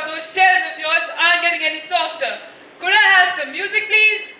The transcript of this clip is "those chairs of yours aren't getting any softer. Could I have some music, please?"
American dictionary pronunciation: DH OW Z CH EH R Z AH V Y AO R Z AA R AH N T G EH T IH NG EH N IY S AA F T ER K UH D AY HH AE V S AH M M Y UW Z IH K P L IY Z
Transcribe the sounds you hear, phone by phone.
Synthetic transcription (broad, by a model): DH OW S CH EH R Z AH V Y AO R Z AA AH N G EH T IH NG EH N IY S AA F T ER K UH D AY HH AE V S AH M M Y UW Z IH K P L IY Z